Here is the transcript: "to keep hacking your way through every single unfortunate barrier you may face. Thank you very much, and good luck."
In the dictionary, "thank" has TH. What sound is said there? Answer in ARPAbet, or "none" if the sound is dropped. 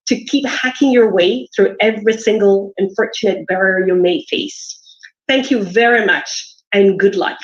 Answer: TH